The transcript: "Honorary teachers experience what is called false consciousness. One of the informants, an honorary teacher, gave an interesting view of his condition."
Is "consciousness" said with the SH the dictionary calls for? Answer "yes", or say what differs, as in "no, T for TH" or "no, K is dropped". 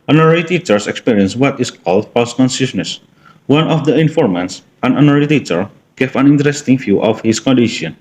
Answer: no, S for SH